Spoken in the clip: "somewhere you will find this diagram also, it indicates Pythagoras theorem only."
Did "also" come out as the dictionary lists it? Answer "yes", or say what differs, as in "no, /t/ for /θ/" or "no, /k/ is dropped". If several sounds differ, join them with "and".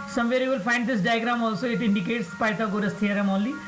yes